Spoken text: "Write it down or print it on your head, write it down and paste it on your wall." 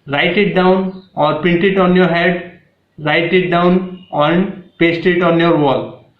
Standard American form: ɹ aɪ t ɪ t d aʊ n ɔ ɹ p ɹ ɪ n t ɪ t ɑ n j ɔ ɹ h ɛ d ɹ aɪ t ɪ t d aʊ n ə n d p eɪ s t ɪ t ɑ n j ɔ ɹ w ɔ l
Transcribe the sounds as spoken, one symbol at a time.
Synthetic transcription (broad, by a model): ɹ aɪ t ɪ t d aʊ n ɔ ɹ p ɪ n t ɪ t ɑ n j ɔ ɹ h ɛ d ɹ aɪ t ɪ t d aʊ n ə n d p eɪ s t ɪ t ɑ n j ɔ ɹ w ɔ l